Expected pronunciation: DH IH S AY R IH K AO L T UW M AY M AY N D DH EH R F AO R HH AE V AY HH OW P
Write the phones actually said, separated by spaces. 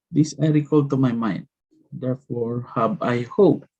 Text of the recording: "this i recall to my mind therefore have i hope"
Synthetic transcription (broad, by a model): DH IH S AY R IH K AO L T UW M AY M AY N D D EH R F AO R HH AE B AY HH OW P